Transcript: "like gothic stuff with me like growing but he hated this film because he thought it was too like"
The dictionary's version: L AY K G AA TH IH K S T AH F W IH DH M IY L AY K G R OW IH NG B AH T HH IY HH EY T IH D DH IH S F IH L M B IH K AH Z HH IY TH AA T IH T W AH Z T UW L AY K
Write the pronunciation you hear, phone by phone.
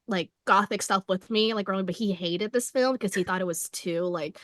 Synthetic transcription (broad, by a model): L AY K G AA TH IH K S T AH F W IH DH M IY L AY K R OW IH B AH T HH IY HH EY T IH D DH IH S F IH L M K AH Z IY TH AA T IH T W AH Z T UW L AY K